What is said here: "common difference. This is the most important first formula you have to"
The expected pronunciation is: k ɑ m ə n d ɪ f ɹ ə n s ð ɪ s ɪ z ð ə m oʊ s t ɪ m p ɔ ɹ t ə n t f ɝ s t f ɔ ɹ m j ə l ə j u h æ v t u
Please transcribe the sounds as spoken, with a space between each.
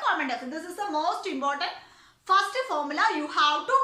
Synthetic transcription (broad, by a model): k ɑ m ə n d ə s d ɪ s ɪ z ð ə m oʊ s t ɪ m p ɔ ɹ t ə n t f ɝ s t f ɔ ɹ m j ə l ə j u h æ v t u